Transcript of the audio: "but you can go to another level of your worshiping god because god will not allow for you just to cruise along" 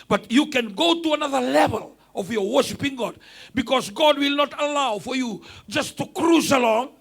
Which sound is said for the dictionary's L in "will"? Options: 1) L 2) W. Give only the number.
1